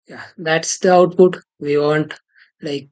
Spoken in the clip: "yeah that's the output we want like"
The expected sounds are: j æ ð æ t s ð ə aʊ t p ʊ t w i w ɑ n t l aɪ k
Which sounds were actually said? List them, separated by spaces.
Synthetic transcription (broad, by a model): j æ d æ t s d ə aʊ t p ʊ t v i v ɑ n t l aɪ k